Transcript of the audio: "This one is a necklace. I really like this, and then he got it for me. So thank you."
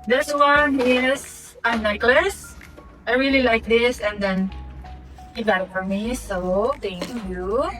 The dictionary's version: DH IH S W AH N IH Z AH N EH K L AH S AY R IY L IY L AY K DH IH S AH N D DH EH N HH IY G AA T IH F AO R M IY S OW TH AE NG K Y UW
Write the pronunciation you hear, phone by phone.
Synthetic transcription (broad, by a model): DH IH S W AH N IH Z AH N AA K L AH S AY R IY L IY L AY K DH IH S AH N D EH N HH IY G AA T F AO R M IY S OW T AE NG K Y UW